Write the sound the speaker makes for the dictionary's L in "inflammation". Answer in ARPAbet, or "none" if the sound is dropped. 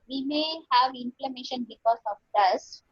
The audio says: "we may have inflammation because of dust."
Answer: L